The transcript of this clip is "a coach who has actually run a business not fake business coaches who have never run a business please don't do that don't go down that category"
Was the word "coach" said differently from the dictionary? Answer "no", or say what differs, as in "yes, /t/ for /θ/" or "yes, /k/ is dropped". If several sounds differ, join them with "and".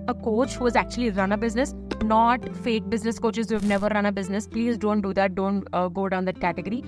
no